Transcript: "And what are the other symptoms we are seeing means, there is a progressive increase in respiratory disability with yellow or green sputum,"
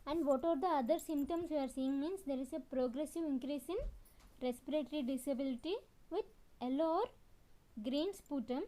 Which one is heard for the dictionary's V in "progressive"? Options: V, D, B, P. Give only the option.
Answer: V